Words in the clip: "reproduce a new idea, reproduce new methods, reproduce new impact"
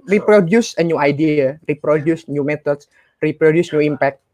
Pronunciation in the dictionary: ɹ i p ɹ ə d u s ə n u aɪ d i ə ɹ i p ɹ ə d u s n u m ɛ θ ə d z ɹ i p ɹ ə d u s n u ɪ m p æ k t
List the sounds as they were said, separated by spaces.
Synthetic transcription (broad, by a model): ɹ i p ɹ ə d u s ə n u aɪ d i ə ɹ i p ɹ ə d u s n u m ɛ t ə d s ɹ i p ɹ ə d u s n u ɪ m p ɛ k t